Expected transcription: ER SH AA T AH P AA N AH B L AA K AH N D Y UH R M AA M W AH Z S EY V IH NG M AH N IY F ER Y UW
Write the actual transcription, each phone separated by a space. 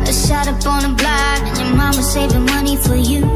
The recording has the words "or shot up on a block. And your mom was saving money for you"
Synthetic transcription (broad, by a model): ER SH AA T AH B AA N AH B L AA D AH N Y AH R M AA M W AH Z S EY V IH NG M AH N IY F ER Y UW